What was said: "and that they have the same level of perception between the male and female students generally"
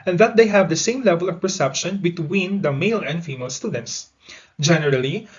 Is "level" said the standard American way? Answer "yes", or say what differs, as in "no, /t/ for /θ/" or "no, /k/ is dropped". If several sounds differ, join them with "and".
yes